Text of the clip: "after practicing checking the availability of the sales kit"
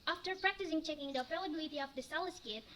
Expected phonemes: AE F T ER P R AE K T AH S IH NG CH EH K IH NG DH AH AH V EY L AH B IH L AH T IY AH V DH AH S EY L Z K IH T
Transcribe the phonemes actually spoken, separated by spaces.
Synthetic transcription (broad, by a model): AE F T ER P R AE K T AH S IH NG CH EH K IH NG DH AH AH P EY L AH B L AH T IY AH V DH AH S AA L S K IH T